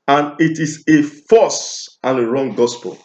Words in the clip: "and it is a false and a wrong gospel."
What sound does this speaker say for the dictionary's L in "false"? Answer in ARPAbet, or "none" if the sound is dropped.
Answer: none